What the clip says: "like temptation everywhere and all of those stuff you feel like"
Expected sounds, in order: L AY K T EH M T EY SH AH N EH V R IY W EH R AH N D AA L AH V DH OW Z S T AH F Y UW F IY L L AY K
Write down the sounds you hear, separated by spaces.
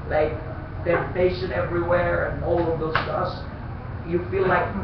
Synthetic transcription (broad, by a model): L AY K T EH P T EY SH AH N EH V R IY W EH R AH N AA L AH V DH OW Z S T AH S Y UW F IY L L AY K